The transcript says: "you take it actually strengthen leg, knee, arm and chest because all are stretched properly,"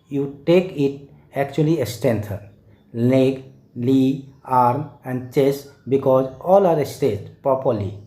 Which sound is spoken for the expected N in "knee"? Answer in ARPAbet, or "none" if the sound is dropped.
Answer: L